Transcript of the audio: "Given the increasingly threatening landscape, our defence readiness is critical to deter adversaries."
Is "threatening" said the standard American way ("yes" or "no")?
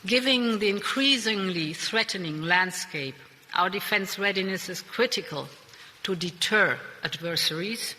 yes